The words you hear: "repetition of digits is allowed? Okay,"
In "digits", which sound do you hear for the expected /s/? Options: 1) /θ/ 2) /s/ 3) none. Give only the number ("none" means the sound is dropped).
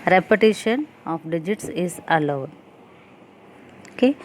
2